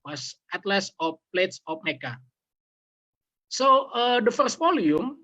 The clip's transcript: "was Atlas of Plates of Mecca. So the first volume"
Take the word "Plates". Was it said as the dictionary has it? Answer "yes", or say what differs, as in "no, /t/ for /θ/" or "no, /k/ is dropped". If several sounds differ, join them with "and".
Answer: yes